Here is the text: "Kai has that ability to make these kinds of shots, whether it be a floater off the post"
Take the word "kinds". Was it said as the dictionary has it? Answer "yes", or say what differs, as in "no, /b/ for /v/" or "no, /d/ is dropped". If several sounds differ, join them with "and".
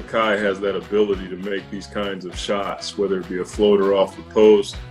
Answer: yes